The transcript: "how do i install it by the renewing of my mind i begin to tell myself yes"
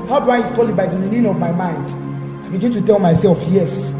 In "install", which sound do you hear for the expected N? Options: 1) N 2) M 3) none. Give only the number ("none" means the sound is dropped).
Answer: 3